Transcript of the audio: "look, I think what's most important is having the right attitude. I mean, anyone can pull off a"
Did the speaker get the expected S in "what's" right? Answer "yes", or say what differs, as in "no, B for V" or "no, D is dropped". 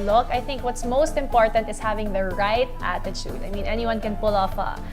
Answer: yes